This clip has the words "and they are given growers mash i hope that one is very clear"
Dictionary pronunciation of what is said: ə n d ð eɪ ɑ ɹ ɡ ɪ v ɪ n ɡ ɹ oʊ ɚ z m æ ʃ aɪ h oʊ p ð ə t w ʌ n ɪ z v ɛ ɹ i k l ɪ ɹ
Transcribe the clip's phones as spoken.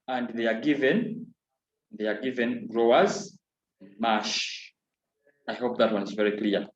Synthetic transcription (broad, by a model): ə n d ð eɪ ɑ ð ɡ ɪ v ɪ n ɡ ɹ oʊ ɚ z m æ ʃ aɪ h oʊ p ð ə t w ʌ n ɪ z v ɛ ɹ i k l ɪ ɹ